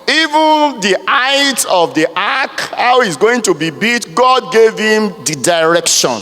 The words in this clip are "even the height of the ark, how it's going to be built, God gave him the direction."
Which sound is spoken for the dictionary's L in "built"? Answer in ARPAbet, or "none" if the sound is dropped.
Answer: none